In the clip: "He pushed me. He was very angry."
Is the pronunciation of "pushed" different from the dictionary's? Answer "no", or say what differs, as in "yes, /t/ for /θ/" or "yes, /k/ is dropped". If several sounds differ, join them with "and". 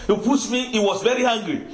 yes, /ʃ/ is dropped